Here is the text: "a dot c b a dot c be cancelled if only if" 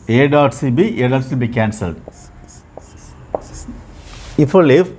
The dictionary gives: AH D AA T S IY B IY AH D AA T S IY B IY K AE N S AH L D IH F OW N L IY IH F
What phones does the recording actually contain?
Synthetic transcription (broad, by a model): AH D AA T S IY B IY AH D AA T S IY B IY K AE N S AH L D IH F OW L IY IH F